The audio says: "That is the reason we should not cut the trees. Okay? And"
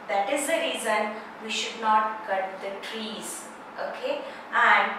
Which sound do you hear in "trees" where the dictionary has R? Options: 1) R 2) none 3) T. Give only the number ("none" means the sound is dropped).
1